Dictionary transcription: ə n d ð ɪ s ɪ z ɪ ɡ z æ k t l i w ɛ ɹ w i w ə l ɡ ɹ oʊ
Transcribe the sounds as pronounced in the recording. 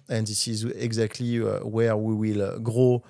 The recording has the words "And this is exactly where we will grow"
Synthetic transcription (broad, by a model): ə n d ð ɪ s ɪ z ɪ ɡ z æ k t l i w ɛ ɹ w i w ə l ɡ ɹ oʊ